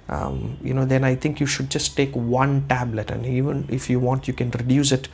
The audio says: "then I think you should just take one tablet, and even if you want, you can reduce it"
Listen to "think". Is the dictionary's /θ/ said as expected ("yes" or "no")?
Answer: no